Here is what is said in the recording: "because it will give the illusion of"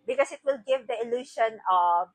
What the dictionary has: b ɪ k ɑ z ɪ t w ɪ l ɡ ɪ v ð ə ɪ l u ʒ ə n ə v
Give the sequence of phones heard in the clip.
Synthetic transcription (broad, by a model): b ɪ k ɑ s ɪ t w ɪ l ɡ ɪ v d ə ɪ l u ʃ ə n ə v